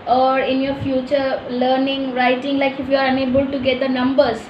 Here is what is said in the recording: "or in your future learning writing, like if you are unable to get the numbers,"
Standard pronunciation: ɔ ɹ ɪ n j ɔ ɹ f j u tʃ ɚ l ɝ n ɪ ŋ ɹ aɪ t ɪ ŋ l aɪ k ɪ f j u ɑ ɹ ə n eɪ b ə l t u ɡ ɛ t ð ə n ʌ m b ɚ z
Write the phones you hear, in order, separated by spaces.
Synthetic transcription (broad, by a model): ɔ ɹ ɪ n j ɔ ɹ f j u tʃ ɚ l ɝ n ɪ ŋ ɹ aɪ t ɪ ŋ l aɪ k ɪ f j u ɑ ɹ ə n eɪ b ə l t u ɡ ɛ t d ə n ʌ m b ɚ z